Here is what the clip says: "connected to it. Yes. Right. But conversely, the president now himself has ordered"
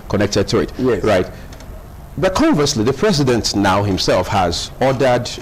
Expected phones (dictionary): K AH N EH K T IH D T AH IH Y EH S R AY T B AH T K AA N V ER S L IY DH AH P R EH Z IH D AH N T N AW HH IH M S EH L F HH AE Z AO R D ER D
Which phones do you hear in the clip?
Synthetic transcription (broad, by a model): K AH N EH K T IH D T AH IH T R R AY T B AH T K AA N V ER S L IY DH AH P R EH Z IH D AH N T N AW HH IH M S EH L F HH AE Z AO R D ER D